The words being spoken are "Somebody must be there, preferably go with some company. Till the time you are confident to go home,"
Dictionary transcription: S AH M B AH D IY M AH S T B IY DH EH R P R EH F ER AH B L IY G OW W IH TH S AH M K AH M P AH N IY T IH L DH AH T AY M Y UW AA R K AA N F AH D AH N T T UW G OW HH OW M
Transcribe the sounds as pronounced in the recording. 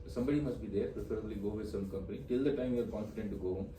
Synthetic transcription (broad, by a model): S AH M B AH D IY M AH S T B IY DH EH R P R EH P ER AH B L IY G OW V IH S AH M K AH M P AH N IY T IH L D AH T AY M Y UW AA L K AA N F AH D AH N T T UW G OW OW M